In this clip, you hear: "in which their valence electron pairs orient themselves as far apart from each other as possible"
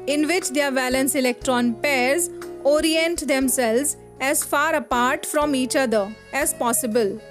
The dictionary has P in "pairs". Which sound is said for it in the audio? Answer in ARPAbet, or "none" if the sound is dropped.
P